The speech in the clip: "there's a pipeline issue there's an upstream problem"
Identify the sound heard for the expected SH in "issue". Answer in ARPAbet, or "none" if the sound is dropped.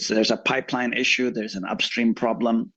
SH